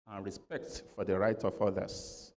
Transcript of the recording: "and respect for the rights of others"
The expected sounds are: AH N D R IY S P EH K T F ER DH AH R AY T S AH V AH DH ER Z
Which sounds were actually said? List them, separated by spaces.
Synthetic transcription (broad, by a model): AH N R IY S P EH K T F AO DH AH R AY T AH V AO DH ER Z